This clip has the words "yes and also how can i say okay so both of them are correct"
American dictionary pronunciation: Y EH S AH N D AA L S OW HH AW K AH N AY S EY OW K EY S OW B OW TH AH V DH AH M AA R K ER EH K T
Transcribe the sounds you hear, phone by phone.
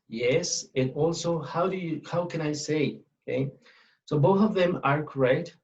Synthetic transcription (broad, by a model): Y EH S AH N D AA L S OW HH AW K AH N AY S EY OW K EY S OW B OW TH AH V DH AH M AA R K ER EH K T